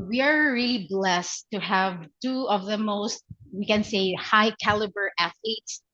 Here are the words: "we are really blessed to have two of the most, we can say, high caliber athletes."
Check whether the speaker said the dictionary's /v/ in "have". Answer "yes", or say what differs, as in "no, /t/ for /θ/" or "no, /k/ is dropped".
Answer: yes